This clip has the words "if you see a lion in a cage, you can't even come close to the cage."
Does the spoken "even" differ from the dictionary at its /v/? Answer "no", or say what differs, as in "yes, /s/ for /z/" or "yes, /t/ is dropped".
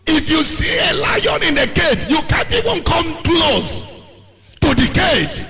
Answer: yes, /w/ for /v/